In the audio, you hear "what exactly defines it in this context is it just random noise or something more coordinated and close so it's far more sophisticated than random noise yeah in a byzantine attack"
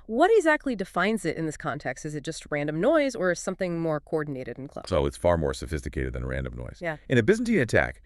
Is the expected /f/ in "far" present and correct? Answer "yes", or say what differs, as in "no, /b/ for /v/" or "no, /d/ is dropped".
yes